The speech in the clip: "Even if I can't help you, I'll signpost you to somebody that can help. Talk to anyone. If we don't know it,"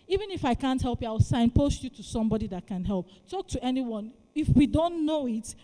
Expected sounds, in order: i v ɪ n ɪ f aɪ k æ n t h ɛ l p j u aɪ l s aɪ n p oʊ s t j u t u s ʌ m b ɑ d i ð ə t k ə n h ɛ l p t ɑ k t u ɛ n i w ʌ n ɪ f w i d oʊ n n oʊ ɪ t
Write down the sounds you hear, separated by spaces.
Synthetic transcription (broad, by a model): i v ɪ n ɪ f aɪ k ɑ n t h ɛ l p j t aɪ w s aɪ n p oʊ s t j u t u s ʌ m b ɑ d i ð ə t k ə n h ɛ l p t ɑ k t u ɛ n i w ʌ n ɪ f w i d oʊ n n oʊ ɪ t